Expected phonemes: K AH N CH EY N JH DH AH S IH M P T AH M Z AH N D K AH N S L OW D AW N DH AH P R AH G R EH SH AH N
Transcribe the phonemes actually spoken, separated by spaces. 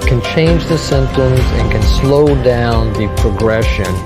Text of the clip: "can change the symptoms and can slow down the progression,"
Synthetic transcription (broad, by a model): K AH N CH EY N JH DH AH S IH M P T AH M Z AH N K AH N S L OW D AW N DH AH P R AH G R EH SH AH N